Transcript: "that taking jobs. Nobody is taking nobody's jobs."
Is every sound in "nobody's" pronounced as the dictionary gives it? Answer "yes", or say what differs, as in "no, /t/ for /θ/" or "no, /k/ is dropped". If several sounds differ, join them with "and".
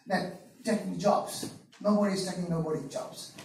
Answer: no, /z/ is dropped